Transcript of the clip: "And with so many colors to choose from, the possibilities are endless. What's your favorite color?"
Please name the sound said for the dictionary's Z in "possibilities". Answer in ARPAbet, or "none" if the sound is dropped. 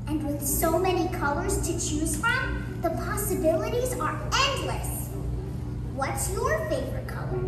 Z